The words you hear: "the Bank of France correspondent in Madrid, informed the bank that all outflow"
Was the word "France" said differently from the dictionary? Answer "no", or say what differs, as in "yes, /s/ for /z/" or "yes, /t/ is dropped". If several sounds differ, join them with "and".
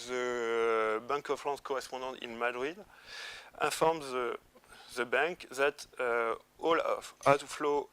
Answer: yes, /n/ is dropped